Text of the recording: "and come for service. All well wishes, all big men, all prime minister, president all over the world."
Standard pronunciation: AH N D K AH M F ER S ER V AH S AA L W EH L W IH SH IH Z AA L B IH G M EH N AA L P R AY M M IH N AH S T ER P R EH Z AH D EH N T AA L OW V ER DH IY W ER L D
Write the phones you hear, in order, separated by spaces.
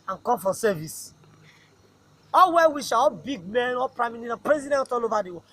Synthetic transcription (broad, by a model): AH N K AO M F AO S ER V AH S AA L W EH W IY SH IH AA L B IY G M EH N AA P R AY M M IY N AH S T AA P R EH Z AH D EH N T AA L OW V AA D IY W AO